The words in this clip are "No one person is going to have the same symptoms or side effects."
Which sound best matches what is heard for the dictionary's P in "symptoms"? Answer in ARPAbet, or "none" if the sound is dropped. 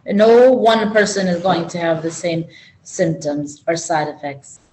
P